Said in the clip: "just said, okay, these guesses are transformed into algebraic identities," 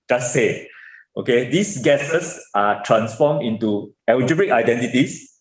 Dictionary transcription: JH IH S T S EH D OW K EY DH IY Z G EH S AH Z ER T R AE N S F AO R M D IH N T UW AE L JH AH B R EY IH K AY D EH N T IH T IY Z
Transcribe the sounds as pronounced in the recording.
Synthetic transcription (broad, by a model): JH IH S S EH OW K EY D IY S G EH S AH S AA T R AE N S F AO M IH N T UW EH W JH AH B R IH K AY D EH N T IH T IY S